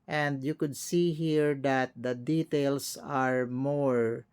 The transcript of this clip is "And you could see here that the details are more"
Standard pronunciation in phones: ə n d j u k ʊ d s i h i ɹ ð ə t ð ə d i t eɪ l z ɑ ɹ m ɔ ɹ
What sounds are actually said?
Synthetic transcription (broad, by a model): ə n d j u k ʊ d s i h i ɹ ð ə t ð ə d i t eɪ l s ɑ ɹ m ɔ ɹ